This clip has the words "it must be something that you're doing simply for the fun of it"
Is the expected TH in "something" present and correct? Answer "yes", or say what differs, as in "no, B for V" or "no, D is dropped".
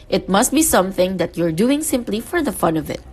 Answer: yes